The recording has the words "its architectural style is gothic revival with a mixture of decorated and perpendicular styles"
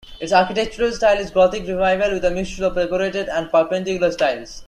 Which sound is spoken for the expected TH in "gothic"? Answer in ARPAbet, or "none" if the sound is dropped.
T